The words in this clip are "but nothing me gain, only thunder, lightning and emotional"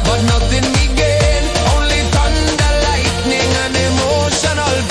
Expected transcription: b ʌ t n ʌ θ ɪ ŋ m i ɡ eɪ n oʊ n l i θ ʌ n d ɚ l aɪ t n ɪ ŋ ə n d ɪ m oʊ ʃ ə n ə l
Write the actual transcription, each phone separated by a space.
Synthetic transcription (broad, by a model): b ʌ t n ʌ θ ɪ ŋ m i ɡ eɪ n oʊ n l i t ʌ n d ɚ l aɪ t n ɪ ŋ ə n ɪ m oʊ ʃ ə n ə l